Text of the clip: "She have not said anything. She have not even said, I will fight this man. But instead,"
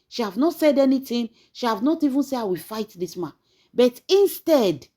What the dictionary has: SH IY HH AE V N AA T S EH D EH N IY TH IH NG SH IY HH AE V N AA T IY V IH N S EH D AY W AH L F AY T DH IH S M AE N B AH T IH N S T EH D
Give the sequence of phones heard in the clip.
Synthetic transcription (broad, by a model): SH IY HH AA V N AA T S EH D EH N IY T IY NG SH IY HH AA V N AA T IY V IH N S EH AY W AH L F AY T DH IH S M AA N B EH T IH N S T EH D